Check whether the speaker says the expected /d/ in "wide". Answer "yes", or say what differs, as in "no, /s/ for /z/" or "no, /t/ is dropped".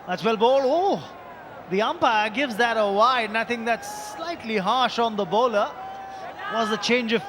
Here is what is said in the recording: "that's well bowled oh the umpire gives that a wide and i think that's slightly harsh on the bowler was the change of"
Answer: no, /d/ is dropped